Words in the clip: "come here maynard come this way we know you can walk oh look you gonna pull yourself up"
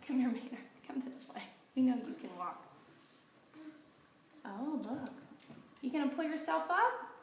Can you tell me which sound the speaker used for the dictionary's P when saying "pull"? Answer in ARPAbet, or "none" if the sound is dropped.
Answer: P